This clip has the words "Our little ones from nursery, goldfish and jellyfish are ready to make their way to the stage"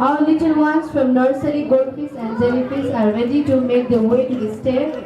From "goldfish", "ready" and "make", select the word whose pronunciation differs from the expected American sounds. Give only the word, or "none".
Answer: goldfish